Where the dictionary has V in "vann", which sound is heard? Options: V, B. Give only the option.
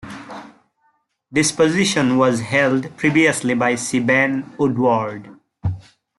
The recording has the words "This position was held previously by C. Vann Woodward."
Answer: B